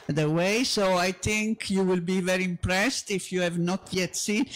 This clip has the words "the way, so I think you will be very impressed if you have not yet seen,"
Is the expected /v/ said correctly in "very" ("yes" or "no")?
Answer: yes